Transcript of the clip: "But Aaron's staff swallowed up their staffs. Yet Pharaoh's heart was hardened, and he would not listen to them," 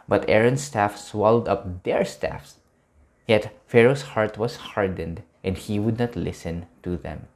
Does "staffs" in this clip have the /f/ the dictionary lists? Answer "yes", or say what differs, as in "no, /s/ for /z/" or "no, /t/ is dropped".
yes